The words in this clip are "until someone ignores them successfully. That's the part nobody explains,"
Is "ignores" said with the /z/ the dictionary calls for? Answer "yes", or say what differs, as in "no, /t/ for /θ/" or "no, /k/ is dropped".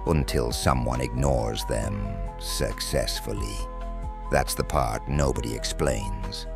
yes